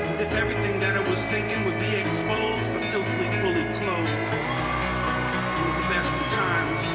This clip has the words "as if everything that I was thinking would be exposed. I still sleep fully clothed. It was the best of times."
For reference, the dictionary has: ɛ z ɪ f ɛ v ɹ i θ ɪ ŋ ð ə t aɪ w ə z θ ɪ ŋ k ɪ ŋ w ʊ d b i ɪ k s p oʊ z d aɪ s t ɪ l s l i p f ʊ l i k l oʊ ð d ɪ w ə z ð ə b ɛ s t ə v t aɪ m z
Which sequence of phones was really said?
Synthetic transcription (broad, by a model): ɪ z ɪ f ɛ v ɹ i θ ɪ ŋ ð ə t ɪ w ə z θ ɪ ŋ k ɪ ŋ w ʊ d b i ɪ k s p oʊ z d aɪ s t ɪ l s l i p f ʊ l i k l oʊ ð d ɪ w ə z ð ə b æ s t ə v t aɪ m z